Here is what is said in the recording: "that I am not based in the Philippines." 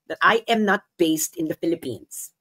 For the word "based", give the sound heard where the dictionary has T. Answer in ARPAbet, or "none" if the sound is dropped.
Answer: T